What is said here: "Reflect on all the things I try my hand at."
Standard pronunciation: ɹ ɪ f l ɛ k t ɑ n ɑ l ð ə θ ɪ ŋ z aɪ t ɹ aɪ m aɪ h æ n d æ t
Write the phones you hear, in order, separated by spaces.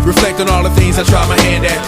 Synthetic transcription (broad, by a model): ɹ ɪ f l ɛ k t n ɑ l ð ə θ ɪ ŋ z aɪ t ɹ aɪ m aɪ h æ n d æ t